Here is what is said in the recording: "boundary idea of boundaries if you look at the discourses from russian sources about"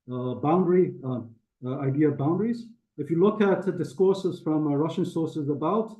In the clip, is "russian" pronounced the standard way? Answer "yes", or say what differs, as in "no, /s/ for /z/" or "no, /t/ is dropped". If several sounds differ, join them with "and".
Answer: yes